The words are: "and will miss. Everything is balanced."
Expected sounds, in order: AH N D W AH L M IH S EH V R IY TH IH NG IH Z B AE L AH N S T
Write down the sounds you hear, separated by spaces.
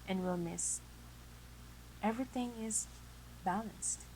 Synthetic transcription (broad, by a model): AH N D W AH L M IH S EH V R IY TH IH NG IH Z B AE L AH N S T